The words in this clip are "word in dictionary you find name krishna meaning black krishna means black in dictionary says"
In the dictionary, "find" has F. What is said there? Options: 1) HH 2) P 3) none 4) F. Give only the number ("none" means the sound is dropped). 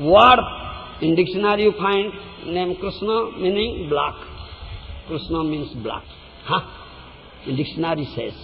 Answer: 2